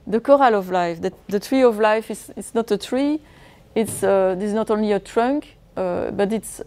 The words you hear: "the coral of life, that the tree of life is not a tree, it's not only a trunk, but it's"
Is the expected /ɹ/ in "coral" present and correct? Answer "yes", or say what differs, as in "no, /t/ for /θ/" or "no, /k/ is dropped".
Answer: yes